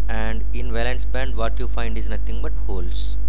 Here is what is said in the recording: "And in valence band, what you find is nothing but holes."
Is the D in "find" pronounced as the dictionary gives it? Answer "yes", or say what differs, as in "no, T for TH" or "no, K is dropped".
yes